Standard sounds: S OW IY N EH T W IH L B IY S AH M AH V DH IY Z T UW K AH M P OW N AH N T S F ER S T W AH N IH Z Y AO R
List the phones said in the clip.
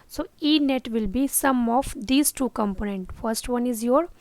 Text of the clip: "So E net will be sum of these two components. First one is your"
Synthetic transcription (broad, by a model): S OW IY N EH T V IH L B IY S AH M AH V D IY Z T UW K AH M P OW N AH N T F ER S T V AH N IH Z Y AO R